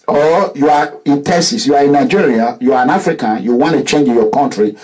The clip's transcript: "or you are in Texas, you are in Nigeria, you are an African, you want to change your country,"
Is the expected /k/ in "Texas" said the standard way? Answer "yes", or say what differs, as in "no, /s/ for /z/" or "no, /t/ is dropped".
no, /k/ is dropped